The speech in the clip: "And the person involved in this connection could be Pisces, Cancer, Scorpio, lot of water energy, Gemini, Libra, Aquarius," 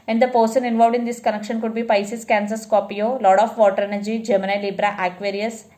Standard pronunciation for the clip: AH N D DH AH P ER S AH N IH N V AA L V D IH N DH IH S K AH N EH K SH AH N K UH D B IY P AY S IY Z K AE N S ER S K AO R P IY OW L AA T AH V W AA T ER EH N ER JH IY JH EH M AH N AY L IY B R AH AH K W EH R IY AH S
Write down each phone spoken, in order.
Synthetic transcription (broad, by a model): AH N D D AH P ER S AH N IH N V AA L V D IH N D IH S K AH N EH K SH AH N K UH D B IY P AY S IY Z K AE N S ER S K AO P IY OW L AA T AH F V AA T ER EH N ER JH IY JH EH M AH N AY L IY B R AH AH K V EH R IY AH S